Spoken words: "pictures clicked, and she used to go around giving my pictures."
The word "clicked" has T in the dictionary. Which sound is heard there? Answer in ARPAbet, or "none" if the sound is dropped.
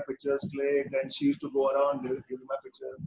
none